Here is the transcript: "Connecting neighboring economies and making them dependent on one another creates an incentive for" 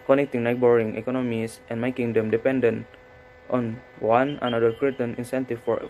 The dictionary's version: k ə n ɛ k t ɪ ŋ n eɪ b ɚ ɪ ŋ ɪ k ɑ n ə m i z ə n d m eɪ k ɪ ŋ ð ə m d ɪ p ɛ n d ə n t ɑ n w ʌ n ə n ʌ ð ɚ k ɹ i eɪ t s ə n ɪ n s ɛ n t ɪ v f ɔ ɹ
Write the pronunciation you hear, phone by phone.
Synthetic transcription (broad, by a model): k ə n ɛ k t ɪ ŋ n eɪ b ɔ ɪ ŋ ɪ k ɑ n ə m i s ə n m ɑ k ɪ ŋ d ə m d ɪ p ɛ n d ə n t ɑ n w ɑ n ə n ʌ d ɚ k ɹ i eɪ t ə n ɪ n s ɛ n t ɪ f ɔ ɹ